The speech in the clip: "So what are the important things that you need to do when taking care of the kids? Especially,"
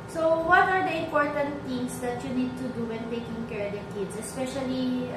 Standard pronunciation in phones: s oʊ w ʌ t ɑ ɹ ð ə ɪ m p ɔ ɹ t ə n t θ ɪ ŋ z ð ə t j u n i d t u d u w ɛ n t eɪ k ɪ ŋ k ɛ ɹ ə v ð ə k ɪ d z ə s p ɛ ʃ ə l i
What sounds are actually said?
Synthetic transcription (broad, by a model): s oʊ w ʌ t ɑ ɹ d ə ɪ m p ɔ ɹ t ə n t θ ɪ ŋ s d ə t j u n i d t u d u w ɛ n t eɪ k ɪ ŋ k ɛ ɹ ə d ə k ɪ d s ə s p ɛ ʃ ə l i